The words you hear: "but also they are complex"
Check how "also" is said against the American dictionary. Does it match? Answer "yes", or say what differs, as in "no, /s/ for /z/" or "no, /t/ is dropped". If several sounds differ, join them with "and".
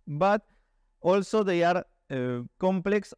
yes